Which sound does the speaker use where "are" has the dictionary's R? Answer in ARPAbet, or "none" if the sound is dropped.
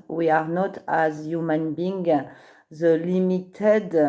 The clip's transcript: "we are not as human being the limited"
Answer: R